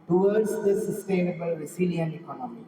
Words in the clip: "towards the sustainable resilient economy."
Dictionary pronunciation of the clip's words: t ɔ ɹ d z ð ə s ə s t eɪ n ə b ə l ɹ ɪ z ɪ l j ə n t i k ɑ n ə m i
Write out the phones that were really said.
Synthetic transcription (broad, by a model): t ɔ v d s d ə s ə s t eɪ n ə b ə l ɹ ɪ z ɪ l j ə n i k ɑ n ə m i